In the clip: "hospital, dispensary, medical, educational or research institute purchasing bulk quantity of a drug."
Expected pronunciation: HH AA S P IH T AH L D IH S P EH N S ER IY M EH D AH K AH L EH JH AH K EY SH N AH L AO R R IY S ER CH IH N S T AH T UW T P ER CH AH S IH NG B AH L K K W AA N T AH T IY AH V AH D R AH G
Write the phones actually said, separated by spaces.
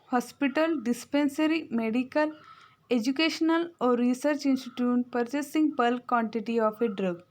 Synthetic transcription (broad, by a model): HH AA S P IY T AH L D IH S P EH N S ER IY M EH D AH K AH L EH JH AH K EY SH N AH L AO R R IY S ER CH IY N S T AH T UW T P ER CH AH S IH NG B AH L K K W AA N T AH T IY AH F AH D R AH G